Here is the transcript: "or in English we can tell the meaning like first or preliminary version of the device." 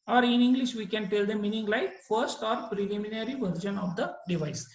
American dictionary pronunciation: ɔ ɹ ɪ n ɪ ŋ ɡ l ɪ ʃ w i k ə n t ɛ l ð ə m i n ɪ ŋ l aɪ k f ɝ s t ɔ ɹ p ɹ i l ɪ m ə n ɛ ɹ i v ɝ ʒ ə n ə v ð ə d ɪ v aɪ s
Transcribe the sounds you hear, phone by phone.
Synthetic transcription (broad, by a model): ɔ ɹ ɪ n ɪ ŋ ɡ l ɪ ʃ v i k ə n t ɛ l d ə m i n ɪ ŋ l aɪ k f ɝ s t ɔ ɹ p ɹ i l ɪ m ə n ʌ ɹ i v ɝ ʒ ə n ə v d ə d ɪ v aɪ s